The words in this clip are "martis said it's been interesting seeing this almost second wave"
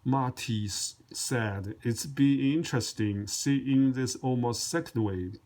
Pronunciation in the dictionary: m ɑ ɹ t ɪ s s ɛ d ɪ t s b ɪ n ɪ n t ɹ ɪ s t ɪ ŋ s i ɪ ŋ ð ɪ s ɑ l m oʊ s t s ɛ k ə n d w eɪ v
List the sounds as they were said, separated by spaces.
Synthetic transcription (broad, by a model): m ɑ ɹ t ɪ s s ɛ d ɪ t s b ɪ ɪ n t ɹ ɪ s t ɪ ŋ s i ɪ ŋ ð ɪ s ɑ l m oʊ s t s ɛ k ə n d w eɪ